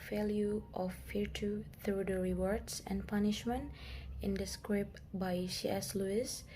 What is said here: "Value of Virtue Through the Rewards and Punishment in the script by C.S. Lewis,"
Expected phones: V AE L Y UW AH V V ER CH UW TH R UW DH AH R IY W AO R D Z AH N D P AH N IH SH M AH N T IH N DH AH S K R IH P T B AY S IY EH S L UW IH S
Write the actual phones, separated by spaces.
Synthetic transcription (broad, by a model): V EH L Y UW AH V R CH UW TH R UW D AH R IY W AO R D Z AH N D P AH N IH SH M AH N T IH N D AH S K R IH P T B AY SH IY EH S L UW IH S